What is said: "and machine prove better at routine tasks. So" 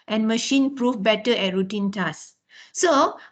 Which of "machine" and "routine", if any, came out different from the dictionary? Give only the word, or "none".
none